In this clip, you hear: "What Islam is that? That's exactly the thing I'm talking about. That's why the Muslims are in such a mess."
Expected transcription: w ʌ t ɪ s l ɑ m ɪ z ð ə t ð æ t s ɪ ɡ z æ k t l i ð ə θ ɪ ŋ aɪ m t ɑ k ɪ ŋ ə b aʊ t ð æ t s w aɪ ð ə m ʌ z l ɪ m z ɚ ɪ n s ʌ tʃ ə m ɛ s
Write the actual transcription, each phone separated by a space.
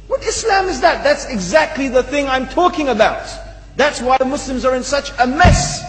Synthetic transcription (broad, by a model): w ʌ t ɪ s l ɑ m ɪ z ð ə t ð æ t s ɪ ɡ z æ k t l i ð ə θ ɪ ŋ aɪ m t ɑ k ɪ ŋ ə b aʊ t ð æ t s w aɪ ð ə m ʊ s l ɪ m z ɚ ɪ n s ʌ tʃ ə m ɛ s